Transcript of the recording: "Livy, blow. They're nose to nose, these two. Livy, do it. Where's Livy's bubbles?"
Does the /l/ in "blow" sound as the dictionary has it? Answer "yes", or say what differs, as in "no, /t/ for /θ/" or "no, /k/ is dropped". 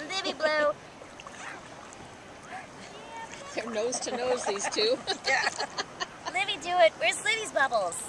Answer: yes